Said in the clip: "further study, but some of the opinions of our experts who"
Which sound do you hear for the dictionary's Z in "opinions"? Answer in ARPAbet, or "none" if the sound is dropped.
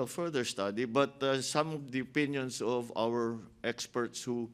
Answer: S